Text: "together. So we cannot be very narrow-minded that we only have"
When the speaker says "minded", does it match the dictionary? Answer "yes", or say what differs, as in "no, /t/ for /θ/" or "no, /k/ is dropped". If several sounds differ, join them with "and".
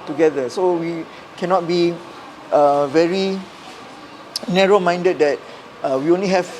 yes